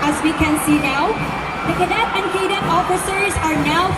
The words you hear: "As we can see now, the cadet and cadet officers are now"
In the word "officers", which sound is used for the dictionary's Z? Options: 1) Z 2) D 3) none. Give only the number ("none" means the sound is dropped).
1